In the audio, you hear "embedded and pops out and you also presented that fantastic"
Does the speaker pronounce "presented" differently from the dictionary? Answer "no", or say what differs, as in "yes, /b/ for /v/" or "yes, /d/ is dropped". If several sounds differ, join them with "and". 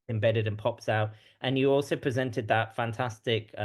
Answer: no